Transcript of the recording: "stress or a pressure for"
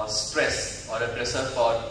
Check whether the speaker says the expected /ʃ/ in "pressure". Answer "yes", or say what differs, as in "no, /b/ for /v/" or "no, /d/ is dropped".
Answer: no, /s/ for /ʃ/